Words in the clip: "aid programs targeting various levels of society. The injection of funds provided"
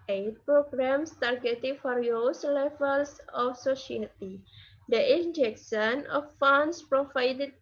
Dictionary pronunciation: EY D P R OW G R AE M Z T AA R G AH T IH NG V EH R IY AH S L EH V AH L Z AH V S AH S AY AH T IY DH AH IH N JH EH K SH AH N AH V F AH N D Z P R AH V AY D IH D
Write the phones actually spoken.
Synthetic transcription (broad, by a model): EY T P R OW G R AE M S T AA R G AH T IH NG F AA R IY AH S L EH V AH L S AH F S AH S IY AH T IY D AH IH N JH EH K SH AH N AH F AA N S P R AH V AY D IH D